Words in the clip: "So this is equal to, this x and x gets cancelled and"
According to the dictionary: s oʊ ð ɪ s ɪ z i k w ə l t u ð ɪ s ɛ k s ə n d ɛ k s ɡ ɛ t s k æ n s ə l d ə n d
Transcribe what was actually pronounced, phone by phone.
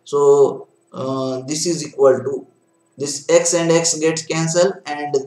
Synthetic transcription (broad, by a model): s oʊ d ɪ s ɪ z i k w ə l t u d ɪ s ɛ k s ə n d ɛ k s ɡ ɛ t s k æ n s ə l ə n d